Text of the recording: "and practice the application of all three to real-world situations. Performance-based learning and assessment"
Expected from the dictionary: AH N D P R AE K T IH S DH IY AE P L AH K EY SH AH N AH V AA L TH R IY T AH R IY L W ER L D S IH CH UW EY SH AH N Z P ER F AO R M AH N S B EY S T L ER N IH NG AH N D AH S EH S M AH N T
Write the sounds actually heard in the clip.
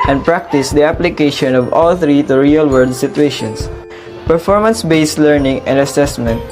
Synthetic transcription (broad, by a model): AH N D P R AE K T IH S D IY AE P L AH K EY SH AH N AH V AA L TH R IY T AH R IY L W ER D S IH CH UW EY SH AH N S P ER F AO R M AH N S B EY S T L ER N IH NG AH N D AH S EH S M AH N T